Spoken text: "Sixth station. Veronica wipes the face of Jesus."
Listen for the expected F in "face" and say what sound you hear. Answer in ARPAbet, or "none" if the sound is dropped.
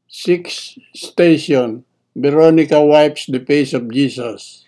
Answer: P